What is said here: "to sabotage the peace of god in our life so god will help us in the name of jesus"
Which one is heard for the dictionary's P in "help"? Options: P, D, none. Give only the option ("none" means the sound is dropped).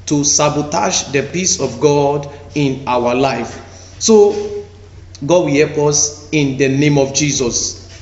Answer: P